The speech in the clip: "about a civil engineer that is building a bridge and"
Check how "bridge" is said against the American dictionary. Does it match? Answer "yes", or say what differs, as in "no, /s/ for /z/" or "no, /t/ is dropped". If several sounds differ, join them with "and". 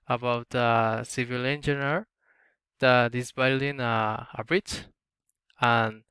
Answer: no, /tʃ/ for /dʒ/